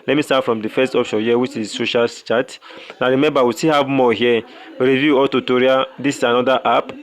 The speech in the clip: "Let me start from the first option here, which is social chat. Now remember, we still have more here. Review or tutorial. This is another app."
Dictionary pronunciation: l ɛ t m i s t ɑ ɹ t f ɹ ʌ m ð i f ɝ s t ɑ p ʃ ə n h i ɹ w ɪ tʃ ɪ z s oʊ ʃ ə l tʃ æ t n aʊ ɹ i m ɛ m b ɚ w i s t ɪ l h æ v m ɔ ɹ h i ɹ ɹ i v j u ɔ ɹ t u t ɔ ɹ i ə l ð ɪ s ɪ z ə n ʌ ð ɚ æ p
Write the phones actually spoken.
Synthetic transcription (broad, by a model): l ɛ t m i s t ɑ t f ɹ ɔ m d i f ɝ s t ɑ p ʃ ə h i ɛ w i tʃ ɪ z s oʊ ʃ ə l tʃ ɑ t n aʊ ɹ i m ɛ m b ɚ w i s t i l h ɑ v m ɔ h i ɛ ɹ i v j u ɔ l t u t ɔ ɹ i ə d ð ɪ s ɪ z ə n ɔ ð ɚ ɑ p